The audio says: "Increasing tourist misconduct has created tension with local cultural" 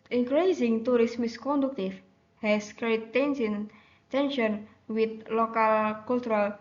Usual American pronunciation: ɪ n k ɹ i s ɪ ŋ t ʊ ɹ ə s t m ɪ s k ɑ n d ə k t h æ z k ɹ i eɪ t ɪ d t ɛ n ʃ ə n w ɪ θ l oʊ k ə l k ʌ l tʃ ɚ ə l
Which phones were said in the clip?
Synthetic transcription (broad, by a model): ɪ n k ɹ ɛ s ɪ ŋ t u ɹ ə s m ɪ s k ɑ n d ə k t h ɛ s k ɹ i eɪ s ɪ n t ɛ n ʃ ə n w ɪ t l oʊ k ə l k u l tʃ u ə l